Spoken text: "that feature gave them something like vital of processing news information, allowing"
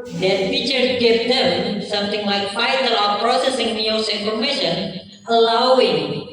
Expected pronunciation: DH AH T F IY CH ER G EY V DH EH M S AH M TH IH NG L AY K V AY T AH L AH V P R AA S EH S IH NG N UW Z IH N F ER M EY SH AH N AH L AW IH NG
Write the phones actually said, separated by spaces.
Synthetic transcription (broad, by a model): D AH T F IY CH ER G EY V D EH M S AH M T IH NG L AY K F AY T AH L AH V P R AA S EH S IH NG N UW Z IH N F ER M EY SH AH N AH L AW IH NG